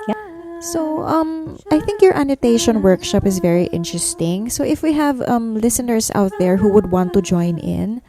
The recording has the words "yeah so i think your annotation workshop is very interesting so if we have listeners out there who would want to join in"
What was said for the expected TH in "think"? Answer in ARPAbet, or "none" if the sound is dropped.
TH